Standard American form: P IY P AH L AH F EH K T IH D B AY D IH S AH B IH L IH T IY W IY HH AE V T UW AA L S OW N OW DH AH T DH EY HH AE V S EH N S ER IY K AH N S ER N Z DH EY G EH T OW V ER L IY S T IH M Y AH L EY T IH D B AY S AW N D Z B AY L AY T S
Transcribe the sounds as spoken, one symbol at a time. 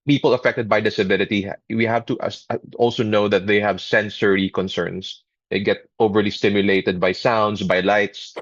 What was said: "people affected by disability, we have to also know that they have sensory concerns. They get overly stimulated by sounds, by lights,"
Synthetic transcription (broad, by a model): P IY P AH L AH F EH K T IH D B AY D IH S AH B IH L IH T IY W IY HH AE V T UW AA L S OW N OW DH AH T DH EY HH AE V S EH N S ER IY K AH N S ER N S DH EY G EH T OW V ER L IY S T IH M Y AH L EY T IH D B AY S AW N D S B AY L AY T S